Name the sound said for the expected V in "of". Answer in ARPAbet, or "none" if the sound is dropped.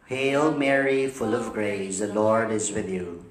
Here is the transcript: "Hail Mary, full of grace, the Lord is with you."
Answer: V